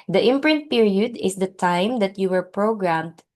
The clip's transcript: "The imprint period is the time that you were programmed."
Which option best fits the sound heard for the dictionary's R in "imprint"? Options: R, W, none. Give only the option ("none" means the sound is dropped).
R